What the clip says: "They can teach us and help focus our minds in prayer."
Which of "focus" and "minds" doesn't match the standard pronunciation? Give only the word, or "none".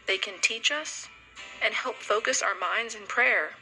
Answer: none